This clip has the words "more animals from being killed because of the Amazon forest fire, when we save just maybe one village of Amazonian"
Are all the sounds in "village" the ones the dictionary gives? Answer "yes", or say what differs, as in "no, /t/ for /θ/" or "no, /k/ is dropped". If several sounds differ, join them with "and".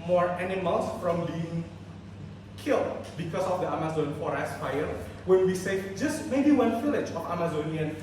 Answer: no, /f/ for /v/